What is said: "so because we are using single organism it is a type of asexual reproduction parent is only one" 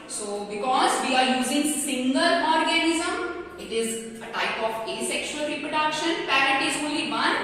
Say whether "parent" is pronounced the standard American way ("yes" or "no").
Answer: no